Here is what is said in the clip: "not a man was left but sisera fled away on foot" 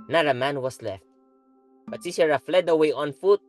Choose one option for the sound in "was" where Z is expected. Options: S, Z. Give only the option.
S